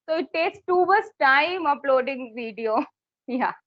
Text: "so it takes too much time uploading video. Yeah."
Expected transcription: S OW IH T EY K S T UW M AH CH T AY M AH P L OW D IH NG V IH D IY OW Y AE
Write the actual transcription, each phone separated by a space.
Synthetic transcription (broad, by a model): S OW IH T EY K S T UW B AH S T AY M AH P L OW D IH NG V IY D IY OW Y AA